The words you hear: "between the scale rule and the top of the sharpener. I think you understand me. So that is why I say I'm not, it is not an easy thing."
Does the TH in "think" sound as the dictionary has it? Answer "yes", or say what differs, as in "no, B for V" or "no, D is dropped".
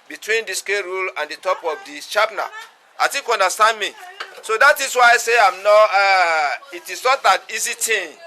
no, T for TH